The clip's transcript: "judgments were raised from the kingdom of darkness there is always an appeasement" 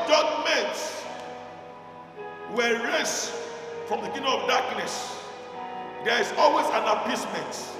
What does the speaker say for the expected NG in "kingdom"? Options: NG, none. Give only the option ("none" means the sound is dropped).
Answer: none